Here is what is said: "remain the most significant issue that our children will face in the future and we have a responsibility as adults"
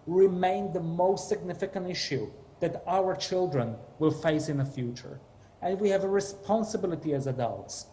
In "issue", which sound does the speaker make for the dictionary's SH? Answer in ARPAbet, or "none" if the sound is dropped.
SH